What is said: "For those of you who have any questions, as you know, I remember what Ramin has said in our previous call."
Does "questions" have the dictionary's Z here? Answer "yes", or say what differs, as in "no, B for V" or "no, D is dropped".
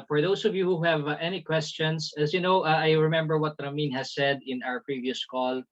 no, S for Z